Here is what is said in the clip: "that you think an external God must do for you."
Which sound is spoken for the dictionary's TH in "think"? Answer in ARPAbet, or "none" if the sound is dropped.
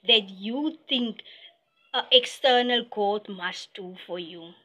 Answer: T